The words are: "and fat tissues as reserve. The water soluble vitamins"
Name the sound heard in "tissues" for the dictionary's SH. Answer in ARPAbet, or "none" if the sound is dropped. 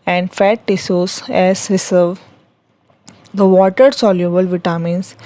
S